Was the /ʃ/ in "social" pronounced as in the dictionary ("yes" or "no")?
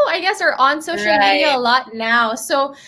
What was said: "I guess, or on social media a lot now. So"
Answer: no